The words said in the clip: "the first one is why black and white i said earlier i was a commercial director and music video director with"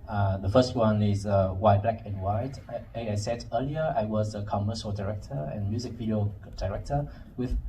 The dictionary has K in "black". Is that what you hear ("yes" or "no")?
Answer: yes